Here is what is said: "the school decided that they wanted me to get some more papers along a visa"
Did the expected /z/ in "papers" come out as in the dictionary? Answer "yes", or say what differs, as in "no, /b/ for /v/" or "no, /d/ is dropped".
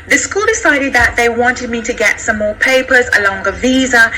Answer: yes